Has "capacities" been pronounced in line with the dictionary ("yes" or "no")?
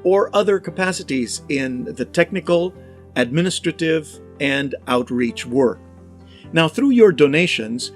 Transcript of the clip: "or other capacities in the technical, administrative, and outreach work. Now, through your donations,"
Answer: yes